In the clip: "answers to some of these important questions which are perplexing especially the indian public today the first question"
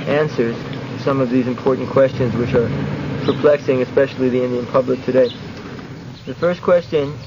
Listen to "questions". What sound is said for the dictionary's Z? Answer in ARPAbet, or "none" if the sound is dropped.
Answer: Z